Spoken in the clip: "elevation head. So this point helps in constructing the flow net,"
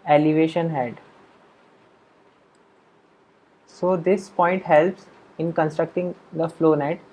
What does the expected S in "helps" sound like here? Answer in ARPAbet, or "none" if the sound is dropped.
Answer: S